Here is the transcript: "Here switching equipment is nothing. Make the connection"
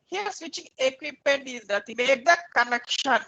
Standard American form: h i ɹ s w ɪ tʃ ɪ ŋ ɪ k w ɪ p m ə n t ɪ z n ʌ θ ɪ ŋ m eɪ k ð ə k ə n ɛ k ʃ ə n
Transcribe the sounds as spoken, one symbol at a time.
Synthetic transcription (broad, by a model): h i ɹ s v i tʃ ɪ ŋ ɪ k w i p ə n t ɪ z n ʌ t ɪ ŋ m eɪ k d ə k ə n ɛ k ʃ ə n